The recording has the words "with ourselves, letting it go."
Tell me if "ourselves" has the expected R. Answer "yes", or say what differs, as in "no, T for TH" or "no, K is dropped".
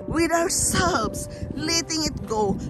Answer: no, W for R